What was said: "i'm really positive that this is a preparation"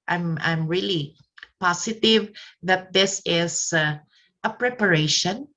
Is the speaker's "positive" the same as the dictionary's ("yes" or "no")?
no